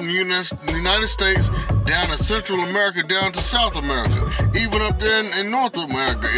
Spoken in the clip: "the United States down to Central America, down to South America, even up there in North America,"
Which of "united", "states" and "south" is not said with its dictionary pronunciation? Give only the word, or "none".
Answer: none